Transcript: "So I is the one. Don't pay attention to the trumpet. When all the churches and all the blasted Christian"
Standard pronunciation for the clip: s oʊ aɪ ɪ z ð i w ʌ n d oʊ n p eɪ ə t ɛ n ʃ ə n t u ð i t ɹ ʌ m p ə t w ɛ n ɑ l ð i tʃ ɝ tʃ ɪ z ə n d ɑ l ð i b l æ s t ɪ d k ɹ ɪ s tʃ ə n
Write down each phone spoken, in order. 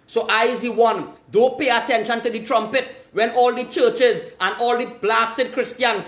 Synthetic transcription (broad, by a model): s oʊ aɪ ɪ z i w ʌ n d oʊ p eɪ ə t ɛ n ʃ ə n t u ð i t ɹ ʌ m p ə t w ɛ n ɑ l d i tʃ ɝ tʃ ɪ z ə n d ɑ l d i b l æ s t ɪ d k ɹ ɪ s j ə n